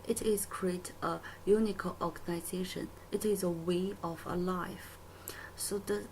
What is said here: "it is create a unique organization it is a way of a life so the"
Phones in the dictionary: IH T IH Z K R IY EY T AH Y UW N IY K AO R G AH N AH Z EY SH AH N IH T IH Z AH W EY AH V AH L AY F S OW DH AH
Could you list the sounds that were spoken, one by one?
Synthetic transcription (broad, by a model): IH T IH Z K R IY EY T AH Y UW N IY K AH L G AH N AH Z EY SH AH N IH T IH Z AH W EY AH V AH L AY F S OW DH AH